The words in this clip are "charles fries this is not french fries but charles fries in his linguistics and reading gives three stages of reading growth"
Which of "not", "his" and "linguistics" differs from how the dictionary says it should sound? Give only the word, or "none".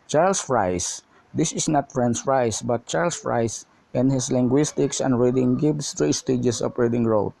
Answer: his